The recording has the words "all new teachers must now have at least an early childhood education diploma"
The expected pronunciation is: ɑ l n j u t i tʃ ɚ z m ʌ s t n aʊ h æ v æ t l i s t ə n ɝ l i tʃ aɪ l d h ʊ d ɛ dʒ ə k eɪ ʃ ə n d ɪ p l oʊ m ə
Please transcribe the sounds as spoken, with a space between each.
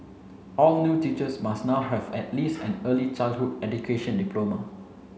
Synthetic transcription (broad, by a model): ɑ l n j u t i tʃ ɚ s m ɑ s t n aʊ h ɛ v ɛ t l i s t ə n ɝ l i tʃ aɪ l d h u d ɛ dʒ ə k eɪ ʃ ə n d ɪ p l oʊ m ə